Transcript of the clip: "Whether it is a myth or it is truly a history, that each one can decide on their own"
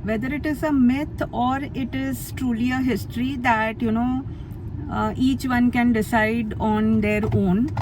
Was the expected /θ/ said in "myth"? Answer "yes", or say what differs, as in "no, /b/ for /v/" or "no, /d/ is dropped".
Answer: no, /t/ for /θ/